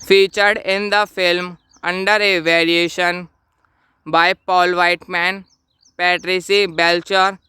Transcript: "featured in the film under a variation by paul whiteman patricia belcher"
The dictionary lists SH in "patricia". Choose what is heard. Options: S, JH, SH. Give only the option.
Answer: S